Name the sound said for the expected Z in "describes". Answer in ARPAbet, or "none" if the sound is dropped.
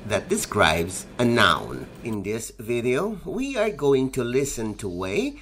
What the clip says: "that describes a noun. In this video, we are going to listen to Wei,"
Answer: Z